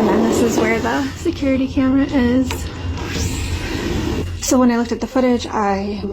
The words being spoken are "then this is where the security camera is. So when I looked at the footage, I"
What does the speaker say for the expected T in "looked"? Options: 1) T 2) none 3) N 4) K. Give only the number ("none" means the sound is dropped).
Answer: 1